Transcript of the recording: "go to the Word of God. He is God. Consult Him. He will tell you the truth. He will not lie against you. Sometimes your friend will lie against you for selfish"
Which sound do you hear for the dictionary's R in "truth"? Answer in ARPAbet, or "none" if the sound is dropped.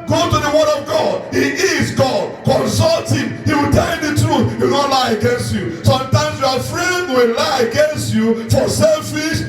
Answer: R